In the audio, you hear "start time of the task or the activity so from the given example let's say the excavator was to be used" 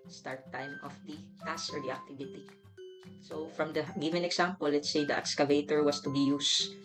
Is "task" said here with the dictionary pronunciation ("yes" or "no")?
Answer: no